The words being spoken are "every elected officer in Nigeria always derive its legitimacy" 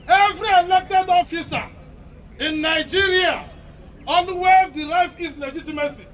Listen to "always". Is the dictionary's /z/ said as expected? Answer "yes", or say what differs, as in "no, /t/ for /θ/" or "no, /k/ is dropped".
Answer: no, /z/ is dropped